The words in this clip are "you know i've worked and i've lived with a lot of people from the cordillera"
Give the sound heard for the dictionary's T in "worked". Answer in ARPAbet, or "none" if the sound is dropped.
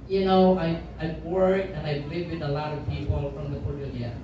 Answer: none